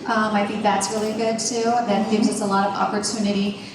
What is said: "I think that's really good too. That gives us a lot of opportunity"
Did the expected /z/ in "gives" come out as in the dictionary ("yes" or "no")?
yes